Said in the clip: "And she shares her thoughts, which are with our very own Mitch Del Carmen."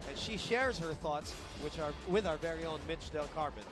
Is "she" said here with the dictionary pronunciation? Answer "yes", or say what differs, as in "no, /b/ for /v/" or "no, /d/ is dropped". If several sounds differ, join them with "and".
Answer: yes